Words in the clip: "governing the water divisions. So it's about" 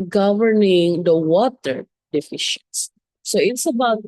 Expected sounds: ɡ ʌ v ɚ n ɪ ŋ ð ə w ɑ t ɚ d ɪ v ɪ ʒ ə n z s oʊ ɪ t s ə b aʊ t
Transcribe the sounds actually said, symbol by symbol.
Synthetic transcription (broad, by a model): ɡ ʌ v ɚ n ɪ ŋ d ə w ɑ t ɚ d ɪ f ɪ ʃ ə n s s oʊ ɪ t s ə b aʊ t